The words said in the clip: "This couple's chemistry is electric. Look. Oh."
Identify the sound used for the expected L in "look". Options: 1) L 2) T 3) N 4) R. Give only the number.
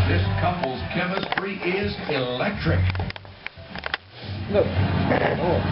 3